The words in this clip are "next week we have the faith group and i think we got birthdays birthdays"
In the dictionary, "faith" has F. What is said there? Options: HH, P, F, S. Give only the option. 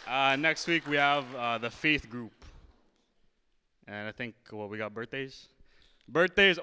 F